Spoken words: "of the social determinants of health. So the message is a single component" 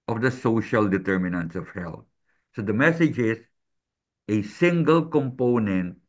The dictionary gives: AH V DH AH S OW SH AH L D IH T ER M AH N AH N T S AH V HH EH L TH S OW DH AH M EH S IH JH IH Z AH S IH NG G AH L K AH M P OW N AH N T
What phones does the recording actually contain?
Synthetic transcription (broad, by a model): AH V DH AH S OW SH AH L D IH T ER M AH N AH N T S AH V HH EH L T S OW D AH M EH S IH JH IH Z AH S IH NG G AH L K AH M P OW N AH N T